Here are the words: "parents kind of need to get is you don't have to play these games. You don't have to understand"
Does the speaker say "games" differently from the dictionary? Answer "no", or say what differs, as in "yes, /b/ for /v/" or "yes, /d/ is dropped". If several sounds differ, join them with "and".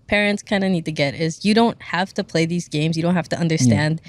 no